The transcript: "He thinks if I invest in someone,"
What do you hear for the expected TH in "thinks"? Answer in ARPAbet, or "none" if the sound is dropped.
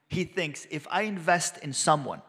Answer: TH